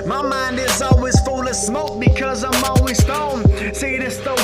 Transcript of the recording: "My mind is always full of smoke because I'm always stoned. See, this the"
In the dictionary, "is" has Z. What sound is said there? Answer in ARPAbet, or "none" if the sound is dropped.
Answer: Z